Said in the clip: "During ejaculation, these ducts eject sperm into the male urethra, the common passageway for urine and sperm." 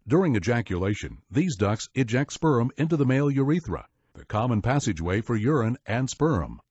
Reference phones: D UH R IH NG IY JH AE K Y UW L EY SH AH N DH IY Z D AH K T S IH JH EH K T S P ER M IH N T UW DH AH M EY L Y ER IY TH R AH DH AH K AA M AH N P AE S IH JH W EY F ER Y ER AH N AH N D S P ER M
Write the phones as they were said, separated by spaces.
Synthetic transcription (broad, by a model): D UH R IH NG IY JH AE K Y UW L EY SH AH N DH IY Z D AH K S IH JH EH K T S P ER M IH N T UW DH AH M EY L Y ER IY TH R AH DH AH K AA M AH N P AE S IH JH W EY F ER Y ER AH N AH N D S P ER M